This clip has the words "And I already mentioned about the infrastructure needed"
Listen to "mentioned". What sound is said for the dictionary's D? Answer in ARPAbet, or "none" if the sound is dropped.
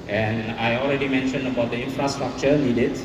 D